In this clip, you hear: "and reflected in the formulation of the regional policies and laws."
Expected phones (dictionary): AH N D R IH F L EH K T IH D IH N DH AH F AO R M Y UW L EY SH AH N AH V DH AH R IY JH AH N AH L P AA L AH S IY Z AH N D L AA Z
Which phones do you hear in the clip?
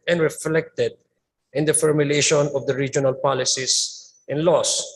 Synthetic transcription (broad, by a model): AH N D R IH F L EH K T IH D IH N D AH F AO R M Y UW L EY SH AH N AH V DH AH R IY JH AH N AH L P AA L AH S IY S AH N L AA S